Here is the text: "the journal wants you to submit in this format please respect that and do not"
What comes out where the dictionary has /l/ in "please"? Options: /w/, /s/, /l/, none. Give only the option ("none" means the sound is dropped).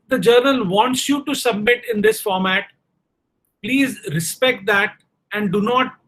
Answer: /l/